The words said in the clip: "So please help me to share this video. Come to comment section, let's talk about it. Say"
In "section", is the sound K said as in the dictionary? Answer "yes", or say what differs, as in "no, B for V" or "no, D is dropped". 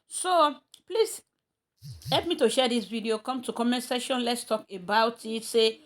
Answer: no, K is dropped